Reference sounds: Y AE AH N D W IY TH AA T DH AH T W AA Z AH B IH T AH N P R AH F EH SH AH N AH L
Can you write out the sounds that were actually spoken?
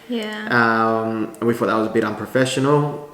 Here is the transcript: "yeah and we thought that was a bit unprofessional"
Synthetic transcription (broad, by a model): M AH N W IY F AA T DH AH T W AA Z AH B IH T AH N P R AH F EH SH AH N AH L